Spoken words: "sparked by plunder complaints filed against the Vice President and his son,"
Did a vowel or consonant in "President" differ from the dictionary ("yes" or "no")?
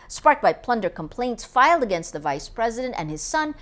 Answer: no